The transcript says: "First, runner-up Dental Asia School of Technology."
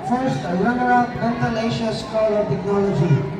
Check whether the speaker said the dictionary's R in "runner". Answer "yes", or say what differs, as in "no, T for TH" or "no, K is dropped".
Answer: no, L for R